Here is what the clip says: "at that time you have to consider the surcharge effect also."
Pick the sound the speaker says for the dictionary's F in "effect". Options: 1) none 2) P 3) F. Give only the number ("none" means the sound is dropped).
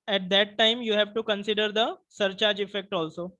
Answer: 3